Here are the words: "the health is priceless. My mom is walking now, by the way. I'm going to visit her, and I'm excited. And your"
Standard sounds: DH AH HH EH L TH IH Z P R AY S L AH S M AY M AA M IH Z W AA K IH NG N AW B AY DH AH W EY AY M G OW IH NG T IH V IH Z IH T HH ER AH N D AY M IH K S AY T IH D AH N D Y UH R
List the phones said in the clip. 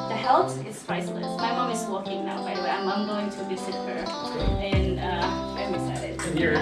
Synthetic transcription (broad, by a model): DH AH HH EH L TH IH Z P R AY S L AH S M AY M AA M IH Z W AA K IH NG N AW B AY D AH W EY AY M G OW IH NG T IH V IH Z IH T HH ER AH N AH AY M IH S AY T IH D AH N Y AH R